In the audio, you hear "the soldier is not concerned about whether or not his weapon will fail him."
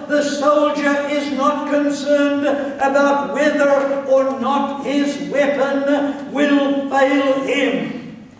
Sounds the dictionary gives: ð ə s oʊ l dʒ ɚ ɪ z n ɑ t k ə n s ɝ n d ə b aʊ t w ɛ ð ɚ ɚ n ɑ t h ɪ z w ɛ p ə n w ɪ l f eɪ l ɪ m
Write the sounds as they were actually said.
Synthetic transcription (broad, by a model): ð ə s oʊ l dʒ ɚ ɪ z n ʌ t k ə n s ɝ n d ə b aʊ t w ɛ ð ɚ ɚ n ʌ t h ɪ z w ɛ p ə n w ɪ l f eɪ l ɪ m